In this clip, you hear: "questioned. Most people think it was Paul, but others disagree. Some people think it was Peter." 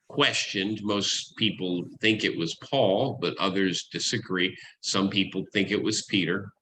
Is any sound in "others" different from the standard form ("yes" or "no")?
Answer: no